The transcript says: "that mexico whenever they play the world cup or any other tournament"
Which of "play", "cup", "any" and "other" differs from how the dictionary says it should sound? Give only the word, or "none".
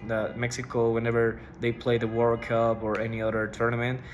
cup